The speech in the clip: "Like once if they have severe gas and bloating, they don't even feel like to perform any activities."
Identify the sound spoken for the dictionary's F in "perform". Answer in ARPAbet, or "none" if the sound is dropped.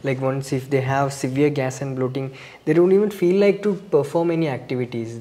F